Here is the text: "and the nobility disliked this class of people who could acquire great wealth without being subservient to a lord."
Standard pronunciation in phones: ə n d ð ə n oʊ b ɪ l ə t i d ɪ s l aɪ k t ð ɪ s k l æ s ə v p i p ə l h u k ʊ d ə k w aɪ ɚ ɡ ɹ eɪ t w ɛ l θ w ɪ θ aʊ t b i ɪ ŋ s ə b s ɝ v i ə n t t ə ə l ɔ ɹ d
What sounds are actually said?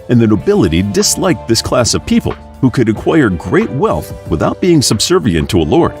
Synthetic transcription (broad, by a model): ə n ð ə n oʊ b ɪ l ə t i d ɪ s l aɪ k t ð ɪ s k l æ s ə v p i p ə l h u k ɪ d ə k w aɪ ɚ ɡ ɹ eɪ t w ɛ l θ w ɪ θ aʊ t b i ɪ ŋ s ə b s ɝ v i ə n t t ə ə l ɔ ɹ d